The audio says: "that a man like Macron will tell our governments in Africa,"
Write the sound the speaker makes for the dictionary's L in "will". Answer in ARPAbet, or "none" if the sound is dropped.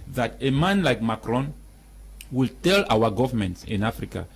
L